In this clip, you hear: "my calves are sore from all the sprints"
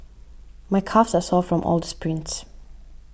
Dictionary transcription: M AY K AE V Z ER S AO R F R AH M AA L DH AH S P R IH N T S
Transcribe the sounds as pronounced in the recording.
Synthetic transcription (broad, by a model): M AY K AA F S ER S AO L F R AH M AA L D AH S P R IH N T S